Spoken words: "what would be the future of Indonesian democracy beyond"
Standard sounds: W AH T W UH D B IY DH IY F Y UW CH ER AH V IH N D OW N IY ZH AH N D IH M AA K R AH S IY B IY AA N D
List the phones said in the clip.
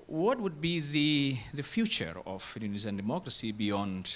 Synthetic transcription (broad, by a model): W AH T W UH D B IY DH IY F Y UW CH ER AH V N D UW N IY Z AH N D IH M AA K R AH S IY B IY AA N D